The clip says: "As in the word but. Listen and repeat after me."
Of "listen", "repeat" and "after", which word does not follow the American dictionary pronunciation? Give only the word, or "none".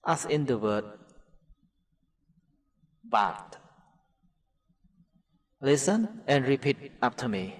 after